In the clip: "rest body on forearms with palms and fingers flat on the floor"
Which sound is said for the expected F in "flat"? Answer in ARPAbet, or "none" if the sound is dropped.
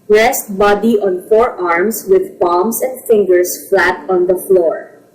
F